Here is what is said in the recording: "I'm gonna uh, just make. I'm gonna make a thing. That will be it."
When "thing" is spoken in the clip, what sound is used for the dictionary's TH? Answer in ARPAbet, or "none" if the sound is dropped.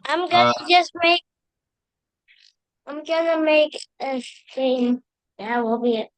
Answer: S